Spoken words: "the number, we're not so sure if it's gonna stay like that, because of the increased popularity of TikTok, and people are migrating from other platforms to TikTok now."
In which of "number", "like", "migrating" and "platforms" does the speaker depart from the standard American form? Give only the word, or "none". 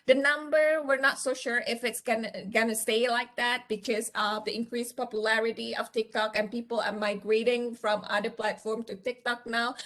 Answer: platforms